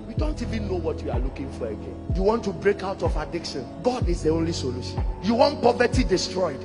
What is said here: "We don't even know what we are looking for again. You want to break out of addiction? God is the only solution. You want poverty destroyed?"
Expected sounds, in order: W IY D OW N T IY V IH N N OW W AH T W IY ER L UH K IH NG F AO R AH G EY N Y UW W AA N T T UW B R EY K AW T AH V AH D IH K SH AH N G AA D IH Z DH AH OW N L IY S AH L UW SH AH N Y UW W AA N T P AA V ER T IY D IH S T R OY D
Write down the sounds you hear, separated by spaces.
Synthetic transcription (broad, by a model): W IY D OW N T IY V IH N N OW W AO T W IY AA L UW K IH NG F AO R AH G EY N Y UW W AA N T T UW B R EY K AW T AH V AH D IH K SH AH N G AA D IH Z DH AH OW N L IY S AH L UW SH AH N Y UW W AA N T P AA V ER T IY D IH S T R OY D